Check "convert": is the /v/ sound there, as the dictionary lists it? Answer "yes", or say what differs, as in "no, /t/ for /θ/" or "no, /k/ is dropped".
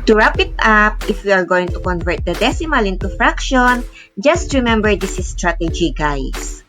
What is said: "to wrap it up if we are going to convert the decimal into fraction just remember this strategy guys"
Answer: yes